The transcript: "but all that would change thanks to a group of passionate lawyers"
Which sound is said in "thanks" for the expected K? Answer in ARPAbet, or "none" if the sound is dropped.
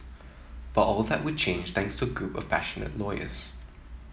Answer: K